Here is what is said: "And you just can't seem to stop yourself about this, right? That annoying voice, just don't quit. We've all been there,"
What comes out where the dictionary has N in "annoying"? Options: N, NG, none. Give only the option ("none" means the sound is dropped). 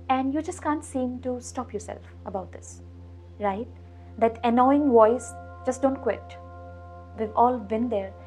N